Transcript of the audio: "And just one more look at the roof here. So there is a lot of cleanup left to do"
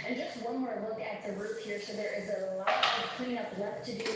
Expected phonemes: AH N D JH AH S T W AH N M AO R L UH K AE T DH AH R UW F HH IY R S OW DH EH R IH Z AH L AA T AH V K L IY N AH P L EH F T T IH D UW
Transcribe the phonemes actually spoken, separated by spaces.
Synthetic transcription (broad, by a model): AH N JH AH S T W AH N M AO R L UH K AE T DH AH R UW P HH IY R S OW DH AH R IH Z AH L AA T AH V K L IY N AH P W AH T T IH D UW